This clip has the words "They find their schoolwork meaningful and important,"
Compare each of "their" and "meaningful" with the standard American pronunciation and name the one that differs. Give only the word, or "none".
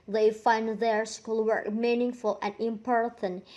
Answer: none